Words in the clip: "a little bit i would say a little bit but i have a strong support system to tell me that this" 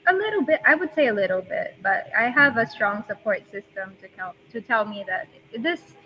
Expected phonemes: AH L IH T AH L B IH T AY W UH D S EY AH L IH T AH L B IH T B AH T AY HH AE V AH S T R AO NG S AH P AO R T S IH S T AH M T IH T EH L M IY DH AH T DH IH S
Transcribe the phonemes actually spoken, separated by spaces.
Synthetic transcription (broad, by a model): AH L IH T L B IH T AY W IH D S EY AH L IH T L B IH T B AH T AY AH V AH S T R AO NG S AH P AO R T S IH S T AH M T IH T EH L M IY DH AH T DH IH S